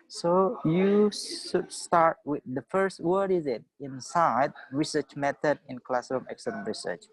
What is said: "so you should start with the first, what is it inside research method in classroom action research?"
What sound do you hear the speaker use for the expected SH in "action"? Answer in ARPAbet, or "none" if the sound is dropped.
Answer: S